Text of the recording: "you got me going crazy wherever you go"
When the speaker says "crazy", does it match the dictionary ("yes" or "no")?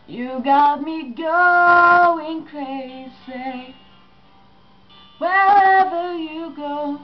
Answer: no